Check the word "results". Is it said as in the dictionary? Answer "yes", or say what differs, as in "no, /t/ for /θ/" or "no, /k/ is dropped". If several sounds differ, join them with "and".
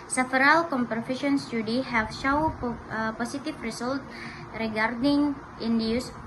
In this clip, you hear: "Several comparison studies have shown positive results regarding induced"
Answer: no, /s/ is dropped